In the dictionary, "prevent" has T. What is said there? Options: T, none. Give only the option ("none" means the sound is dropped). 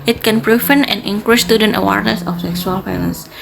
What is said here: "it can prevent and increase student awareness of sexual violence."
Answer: none